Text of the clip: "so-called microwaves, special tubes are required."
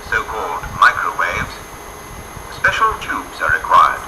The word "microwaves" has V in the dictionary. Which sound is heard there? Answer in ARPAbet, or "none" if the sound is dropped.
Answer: V